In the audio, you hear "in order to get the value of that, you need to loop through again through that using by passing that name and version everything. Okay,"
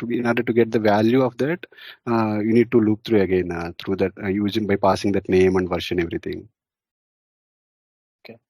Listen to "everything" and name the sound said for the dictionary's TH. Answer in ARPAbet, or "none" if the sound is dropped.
T